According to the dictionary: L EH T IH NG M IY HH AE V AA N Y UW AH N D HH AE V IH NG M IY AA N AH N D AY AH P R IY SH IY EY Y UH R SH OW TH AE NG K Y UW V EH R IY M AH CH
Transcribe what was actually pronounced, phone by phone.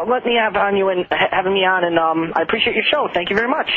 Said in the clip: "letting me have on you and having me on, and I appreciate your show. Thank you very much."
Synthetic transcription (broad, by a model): L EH T M IY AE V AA N Y UW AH N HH HH AE V IH NG M IY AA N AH N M AY AH P R IY SH IY EY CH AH R SH OW TH AE NG K Y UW V EH R IY M AH CH